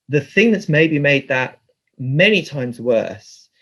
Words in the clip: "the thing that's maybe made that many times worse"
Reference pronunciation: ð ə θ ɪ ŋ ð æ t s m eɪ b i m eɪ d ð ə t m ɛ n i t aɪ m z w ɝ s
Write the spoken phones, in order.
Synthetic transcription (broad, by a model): ð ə θ ɪ ŋ ð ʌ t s m eɪ b i m eɪ d ð ə t m ɛ n i t aɪ m z w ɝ s